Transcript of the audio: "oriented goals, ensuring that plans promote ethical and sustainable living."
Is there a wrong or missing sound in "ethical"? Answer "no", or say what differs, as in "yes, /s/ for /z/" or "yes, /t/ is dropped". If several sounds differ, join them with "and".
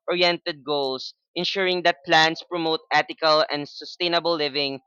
yes, /t/ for /θ/